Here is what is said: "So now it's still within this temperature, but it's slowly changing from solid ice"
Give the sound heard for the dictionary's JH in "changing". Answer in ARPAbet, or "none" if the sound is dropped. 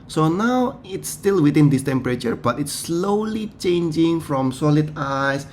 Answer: JH